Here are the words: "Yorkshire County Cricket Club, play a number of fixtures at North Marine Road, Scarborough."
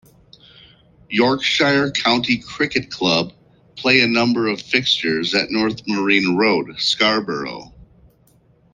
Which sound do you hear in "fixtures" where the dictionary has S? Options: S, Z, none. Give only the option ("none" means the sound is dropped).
S